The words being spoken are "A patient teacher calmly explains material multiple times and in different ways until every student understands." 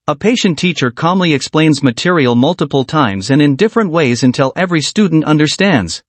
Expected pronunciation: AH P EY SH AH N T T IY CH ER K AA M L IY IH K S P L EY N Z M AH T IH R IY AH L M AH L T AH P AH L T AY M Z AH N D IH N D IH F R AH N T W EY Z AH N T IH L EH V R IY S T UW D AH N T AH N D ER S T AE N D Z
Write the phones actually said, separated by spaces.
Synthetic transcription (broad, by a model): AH P EY SH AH N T T IY CH ER K AA M L IY IH K S P L EY N Z M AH T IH R IY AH L M AH L T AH P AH L T AY M Z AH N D IH N D IH F R AH N T W EY Z AH N T IH L EH V R IY S T UW D N T AH N D ER S T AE N D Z